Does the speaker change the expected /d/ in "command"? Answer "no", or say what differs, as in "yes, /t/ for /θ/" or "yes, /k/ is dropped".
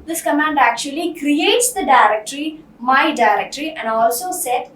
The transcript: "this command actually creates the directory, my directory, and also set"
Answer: no